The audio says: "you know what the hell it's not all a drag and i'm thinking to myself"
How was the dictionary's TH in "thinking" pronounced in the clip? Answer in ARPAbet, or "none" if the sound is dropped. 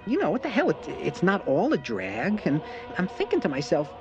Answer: TH